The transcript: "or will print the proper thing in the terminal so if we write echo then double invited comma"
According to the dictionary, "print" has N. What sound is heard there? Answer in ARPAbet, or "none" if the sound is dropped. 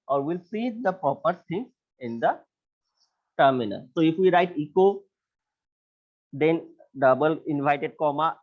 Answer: none